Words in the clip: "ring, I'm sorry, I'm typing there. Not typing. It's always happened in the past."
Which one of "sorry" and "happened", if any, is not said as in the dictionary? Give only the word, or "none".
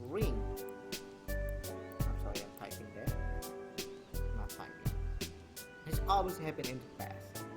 happened